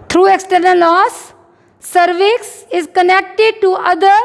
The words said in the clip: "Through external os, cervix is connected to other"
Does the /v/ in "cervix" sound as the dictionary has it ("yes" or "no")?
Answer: yes